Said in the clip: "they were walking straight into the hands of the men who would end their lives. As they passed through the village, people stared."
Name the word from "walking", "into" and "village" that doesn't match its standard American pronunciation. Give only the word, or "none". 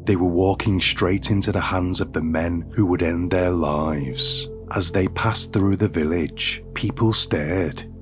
none